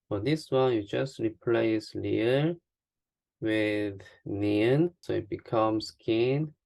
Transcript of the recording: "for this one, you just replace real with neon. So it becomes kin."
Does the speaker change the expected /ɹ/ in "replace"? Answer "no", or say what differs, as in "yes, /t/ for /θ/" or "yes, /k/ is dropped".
no